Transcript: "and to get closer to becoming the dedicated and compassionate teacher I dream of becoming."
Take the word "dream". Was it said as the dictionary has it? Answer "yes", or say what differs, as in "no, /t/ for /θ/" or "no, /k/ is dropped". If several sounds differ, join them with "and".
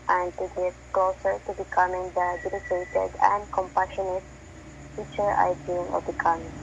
no, /ɹ/ is dropped